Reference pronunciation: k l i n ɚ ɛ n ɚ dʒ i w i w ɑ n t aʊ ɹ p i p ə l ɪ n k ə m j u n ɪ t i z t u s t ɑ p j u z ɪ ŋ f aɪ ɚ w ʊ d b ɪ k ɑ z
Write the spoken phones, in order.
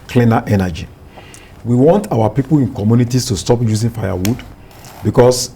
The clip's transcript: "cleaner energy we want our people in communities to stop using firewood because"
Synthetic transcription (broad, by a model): k l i n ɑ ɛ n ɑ dʒ i w i w ɑ n t aʊ w p i p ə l ɪ n k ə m j u n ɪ t i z t u s t ɑ p j u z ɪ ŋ f aɪ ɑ w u d b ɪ k ɑ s